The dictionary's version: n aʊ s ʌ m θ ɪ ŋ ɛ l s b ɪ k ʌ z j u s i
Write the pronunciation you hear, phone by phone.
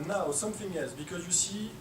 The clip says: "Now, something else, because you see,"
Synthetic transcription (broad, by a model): n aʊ s ʌ m θ ɪ ŋ ɛ l s b ɪ k ʌ z j u s i